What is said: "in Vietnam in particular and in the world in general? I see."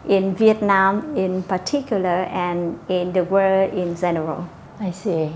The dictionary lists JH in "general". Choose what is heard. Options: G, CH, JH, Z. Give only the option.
Z